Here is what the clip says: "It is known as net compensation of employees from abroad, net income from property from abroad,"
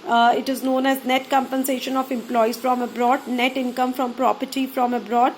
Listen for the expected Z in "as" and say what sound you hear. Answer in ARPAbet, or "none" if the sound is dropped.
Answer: Z